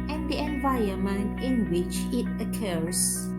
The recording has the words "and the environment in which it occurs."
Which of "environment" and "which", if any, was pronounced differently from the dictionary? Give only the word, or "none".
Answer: environment